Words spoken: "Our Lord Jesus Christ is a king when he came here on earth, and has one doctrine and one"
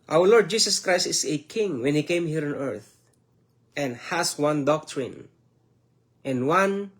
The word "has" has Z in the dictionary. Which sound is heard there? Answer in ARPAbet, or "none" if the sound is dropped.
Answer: S